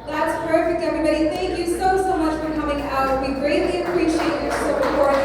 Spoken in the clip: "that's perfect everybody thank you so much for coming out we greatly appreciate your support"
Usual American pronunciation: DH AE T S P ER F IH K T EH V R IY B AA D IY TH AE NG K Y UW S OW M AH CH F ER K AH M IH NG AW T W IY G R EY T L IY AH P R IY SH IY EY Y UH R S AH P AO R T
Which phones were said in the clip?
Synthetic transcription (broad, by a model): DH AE T S P ER F IH K T EH V R IY B AA D IY TH AE NG K Y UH S OW M AH CH F ER K AH M IH NG AW T W IY G R EY T L IY AH P R IY SH IY EY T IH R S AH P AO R